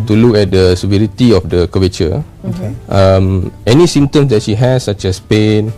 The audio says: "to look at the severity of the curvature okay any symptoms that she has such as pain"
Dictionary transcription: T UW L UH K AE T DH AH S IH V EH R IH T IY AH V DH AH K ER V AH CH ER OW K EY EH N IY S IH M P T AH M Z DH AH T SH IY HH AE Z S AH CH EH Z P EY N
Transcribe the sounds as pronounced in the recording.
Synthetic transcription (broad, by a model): T UW L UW K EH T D AH S IH V EH R IH T IY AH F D AH K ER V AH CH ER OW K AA EH N IY S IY M T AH M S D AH T SH IY HH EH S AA CH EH S P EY N